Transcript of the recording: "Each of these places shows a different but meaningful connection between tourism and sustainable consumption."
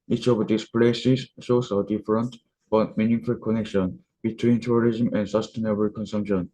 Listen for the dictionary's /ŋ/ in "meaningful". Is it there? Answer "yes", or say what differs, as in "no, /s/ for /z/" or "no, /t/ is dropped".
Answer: no, /ŋ/ is dropped